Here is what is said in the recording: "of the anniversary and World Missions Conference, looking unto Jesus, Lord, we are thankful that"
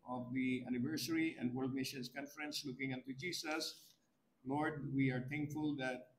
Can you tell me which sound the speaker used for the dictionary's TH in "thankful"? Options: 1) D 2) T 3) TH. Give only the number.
2